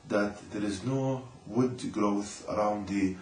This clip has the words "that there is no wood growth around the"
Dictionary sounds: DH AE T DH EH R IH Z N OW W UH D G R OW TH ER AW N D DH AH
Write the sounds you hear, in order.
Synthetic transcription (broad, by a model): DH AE T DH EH R IH Z N OW W UH D G R OW TH ER AW N D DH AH